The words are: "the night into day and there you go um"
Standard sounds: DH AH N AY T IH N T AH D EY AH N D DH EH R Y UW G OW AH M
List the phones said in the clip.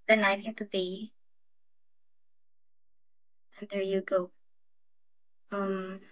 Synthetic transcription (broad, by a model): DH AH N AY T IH T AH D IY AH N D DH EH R Y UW G OW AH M